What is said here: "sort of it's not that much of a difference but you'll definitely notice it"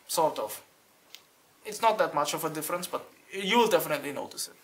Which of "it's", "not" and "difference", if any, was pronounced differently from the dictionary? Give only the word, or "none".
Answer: none